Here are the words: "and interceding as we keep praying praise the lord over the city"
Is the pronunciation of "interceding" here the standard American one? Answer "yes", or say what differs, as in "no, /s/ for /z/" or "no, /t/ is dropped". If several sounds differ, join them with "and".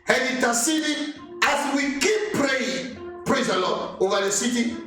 no, /n/ is dropped